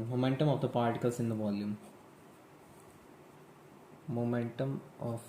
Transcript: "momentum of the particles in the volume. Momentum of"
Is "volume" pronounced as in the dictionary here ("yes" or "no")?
no